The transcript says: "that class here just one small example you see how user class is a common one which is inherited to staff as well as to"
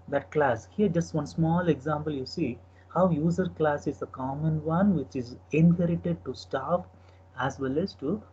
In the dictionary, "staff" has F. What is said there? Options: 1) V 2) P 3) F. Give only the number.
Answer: 2